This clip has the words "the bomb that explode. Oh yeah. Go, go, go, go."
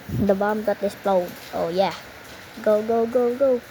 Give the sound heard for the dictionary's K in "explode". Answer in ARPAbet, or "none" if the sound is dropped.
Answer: none